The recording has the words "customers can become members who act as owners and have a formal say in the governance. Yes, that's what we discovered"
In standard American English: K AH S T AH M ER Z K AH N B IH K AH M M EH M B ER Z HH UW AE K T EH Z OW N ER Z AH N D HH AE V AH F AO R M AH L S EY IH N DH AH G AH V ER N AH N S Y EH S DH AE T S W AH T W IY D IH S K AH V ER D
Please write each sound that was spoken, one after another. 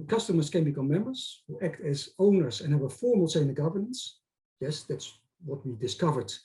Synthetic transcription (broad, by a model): K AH S T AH M ER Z K AH N B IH K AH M M EH M B ER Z HH UW AE K T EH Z OW N ER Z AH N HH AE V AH F AO R M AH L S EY IH N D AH G AH V ER N AH N S Y EH S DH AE T S W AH T W IY D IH S K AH V ER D